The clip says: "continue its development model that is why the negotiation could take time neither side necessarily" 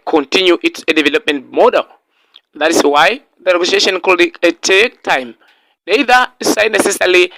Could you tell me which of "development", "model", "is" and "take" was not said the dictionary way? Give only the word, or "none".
is